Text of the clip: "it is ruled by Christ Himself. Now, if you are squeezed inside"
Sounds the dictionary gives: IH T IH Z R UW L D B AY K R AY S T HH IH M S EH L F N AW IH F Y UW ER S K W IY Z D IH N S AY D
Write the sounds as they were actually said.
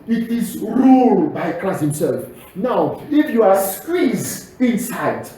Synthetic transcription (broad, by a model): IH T IH Z R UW L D B AY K L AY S HH IH M S EH L F N AW IH F Y UW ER S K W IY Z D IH N S AY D